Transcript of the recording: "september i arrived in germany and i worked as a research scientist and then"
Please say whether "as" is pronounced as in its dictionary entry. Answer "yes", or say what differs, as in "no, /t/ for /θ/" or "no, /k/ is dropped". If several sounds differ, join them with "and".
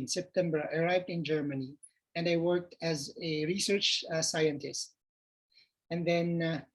yes